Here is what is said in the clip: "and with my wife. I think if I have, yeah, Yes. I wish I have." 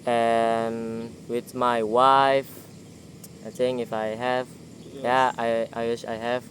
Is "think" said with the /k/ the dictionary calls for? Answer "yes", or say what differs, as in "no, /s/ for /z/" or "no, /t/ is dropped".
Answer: no, /k/ is dropped